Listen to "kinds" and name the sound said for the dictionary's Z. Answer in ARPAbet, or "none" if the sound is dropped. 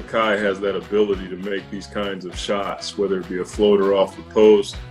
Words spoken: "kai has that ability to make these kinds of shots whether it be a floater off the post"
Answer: Z